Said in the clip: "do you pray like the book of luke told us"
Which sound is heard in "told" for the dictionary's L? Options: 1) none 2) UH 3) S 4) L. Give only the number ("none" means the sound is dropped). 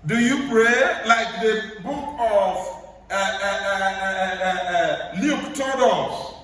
1